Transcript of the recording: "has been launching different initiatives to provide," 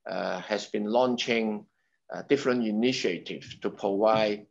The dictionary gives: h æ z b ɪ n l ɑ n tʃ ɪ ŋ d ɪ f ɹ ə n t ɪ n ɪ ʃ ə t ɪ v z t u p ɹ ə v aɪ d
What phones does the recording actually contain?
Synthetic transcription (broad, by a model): h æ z b ɪ n l ɑ n tʃ ɪ ŋ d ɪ f ɹ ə n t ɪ n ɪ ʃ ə t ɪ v t u p ɹ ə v aɪ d